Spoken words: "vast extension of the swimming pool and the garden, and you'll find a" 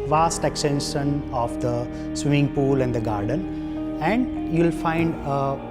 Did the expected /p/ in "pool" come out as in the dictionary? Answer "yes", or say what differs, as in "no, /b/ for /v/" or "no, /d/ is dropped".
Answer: yes